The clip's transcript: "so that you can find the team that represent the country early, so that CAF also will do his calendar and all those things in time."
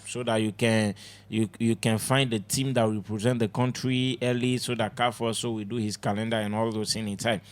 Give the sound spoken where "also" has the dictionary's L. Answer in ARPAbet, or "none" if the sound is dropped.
none